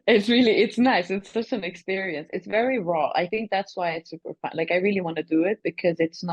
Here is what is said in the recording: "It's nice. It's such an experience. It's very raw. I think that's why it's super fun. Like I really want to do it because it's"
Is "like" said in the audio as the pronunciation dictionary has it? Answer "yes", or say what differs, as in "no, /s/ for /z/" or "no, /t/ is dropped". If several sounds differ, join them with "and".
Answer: yes